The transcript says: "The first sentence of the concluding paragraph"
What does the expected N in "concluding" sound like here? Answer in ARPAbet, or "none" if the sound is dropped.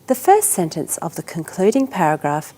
N